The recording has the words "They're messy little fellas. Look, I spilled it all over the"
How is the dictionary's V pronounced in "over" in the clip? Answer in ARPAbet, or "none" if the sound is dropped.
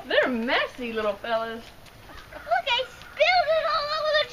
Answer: W